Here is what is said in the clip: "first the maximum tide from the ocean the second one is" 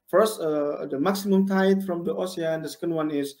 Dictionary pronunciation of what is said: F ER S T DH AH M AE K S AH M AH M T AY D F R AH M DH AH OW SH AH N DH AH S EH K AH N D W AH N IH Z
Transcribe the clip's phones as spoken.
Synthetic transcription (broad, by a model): F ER S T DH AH M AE K S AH M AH M T AY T F R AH M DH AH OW S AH N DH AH S EH K AH N D W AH N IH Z